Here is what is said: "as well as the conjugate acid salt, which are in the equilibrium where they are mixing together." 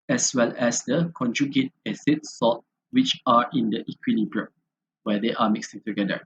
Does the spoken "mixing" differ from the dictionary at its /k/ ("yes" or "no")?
no